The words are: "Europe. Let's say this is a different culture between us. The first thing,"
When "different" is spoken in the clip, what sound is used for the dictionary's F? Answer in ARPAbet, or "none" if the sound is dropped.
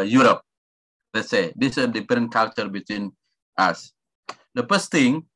none